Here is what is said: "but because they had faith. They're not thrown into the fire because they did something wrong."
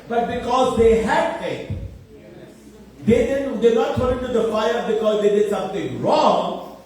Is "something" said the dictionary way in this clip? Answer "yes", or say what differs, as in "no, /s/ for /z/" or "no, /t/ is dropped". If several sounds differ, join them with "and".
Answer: no, /t/ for /θ/